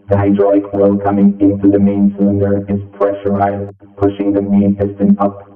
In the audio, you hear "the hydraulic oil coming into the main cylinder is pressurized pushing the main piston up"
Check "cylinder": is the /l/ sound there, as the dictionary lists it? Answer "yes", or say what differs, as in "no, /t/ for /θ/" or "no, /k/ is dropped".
yes